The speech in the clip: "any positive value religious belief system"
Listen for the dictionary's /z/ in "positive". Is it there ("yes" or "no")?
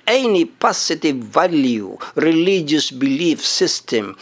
no